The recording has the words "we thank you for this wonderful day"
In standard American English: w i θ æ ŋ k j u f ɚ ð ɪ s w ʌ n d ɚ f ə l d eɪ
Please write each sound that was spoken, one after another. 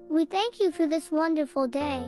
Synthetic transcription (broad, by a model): w i θ æ ŋ k j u f ɚ ð ɪ s w ʌ n d ɚ f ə l d eɪ